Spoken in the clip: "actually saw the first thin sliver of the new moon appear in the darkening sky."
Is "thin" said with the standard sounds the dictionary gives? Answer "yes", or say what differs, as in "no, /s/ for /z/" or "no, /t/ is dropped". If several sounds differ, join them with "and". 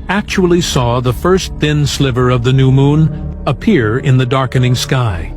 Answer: yes